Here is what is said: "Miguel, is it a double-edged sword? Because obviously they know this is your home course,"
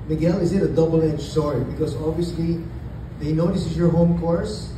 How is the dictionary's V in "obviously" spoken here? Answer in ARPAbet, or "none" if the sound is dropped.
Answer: V